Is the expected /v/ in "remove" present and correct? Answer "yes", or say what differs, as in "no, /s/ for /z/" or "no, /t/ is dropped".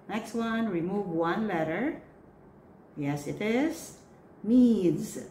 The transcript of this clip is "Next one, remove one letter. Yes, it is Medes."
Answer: yes